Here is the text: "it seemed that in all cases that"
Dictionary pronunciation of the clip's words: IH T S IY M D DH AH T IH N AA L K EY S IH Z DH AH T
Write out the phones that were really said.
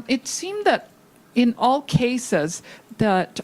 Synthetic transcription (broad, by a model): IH T S IY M DH AH T IH N AA L K EY S IH Z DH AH T